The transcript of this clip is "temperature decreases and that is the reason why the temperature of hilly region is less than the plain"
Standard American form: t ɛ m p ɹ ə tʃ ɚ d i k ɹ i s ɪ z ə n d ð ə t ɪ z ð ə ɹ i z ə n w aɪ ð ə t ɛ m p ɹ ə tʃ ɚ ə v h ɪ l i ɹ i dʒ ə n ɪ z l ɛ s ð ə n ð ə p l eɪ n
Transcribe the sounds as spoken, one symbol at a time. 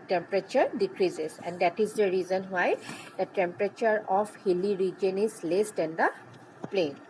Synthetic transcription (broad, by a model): t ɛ m p ɹ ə tʃ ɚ d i k ɹ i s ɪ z ə n d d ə t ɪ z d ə ɹ i z ə n w aɪ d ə t ɛ m p ɹ ə tʃ ɚ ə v h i l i ɹ i dʒ ə n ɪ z l ɛ s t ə n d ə p l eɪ n